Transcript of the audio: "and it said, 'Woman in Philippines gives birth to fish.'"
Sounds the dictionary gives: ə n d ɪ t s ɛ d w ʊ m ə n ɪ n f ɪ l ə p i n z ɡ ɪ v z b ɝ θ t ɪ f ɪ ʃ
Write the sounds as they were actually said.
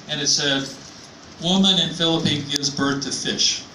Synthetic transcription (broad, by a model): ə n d ɪ t s ɛ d w ʊ m ə n ɪ n f ɪ l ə p i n ɡ ɪ v z b ɝ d t ɪ f ɪ ʃ